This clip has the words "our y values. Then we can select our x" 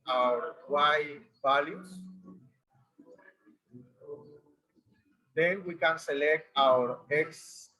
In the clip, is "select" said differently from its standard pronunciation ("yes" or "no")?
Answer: no